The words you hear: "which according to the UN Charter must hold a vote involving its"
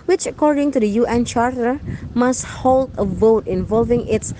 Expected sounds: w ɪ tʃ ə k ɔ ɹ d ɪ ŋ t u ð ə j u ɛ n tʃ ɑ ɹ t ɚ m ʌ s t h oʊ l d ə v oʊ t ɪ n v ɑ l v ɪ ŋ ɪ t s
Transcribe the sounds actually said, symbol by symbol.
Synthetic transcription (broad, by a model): w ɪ tʃ ə k ɔ ɹ d ɪ ŋ t u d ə j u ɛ n tʃ ɑ ɹ t ɚ m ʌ s t h oʊ l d ə v oʊ t ɪ n v ɑ l v ɪ ŋ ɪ t s